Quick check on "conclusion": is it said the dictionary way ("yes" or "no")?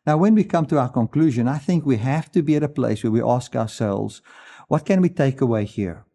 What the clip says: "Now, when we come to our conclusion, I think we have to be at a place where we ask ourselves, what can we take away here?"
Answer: yes